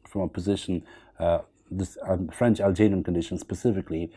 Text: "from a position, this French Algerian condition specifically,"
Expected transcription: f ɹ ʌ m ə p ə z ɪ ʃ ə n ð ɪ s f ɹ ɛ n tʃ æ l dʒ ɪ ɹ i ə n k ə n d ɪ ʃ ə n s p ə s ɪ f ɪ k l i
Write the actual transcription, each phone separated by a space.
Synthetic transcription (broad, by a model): f ɹ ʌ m ə p ə z ɪ ʃ ə n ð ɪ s f ɹ ɛ n tʃ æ l dʒ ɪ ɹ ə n k ə n d ɪ ʃ ə n s p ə s ɪ f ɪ k l i